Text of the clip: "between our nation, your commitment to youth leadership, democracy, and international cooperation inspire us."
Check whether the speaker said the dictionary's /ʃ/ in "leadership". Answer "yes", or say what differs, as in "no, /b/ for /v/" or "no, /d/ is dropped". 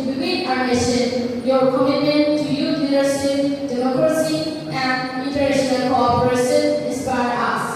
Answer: no, /s/ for /ʃ/